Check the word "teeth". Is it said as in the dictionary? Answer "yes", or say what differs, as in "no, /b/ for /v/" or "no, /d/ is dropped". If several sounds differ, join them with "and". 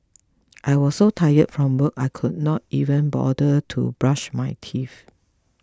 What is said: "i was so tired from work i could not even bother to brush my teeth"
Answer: no, /f/ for /θ/